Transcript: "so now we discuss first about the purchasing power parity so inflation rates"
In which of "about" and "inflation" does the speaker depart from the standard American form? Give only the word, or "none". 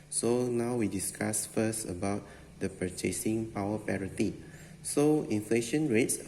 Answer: none